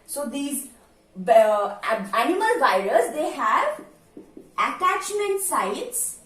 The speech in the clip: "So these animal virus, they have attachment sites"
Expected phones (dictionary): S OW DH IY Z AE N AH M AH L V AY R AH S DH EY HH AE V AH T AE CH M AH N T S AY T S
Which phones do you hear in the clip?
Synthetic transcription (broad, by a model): S OW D IY Z AE N AH M AH L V AY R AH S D EY HH AE V AH T AE CH M AH N T S AY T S